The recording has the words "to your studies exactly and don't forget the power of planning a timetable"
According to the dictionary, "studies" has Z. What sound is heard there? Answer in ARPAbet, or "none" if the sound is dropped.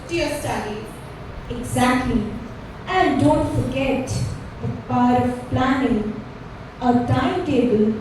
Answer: none